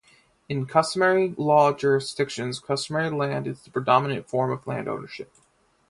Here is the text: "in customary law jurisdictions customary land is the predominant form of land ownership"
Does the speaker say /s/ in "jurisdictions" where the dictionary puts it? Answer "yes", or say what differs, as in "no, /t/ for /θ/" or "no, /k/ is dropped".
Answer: yes